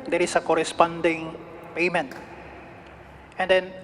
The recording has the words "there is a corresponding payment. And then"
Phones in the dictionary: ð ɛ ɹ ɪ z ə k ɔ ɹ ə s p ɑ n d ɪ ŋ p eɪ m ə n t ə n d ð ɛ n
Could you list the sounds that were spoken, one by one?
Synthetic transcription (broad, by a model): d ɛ ɹ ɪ s ə k ɔ ɹ ə s p ɑ n d ɪ ŋ p eɪ m ə n t ə n d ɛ n